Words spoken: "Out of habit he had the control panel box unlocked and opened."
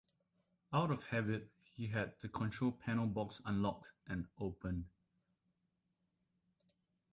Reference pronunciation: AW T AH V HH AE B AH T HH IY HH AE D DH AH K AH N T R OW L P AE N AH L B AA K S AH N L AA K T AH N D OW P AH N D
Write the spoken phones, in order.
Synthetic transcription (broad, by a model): AW T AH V HH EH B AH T HH IY HH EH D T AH K AH N T R OW L P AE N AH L B AA K S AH N L AA K T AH N OW P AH N